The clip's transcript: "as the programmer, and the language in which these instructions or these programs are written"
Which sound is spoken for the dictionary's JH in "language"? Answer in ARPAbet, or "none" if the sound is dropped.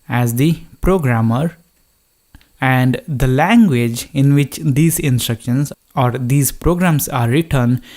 JH